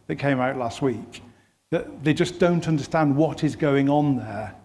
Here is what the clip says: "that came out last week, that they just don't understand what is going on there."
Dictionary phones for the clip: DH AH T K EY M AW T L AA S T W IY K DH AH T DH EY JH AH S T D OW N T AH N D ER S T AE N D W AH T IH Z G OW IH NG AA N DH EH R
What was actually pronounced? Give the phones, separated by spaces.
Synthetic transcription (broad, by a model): DH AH T K EY M AW T L AA S T W IY K DH AH T DH EY JH AH S D OW N T AH N D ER S T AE N D W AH T IH Z G OW IH NG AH N DH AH R